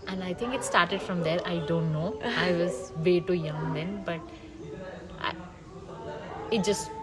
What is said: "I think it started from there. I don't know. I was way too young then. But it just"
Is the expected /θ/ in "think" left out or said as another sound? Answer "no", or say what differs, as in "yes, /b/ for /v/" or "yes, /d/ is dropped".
yes, /t/ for /θ/